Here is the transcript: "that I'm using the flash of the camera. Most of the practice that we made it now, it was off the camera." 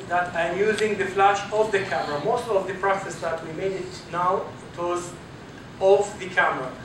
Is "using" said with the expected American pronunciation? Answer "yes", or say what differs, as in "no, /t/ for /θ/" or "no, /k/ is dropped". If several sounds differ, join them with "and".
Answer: yes